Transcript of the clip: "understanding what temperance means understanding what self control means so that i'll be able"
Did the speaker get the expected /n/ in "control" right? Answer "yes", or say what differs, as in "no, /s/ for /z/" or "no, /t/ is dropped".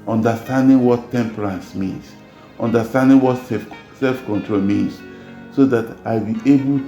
yes